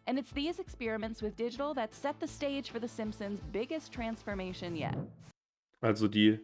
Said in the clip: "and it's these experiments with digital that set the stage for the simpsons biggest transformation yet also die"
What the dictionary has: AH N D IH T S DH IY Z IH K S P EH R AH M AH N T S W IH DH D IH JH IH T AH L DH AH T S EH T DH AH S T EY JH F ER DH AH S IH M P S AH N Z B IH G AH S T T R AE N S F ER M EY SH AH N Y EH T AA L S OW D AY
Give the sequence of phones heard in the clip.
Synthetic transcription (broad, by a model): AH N IH T S DH IY Z IH K S P EH R AH M AH N T S W IH DH D IH JH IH T L DH AH T S EH T DH AH S T EY JH F ER DH AH S IH M P S AH N Z B IH G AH S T T R AE N S F ER M EY SH AH N Y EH T AA L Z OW D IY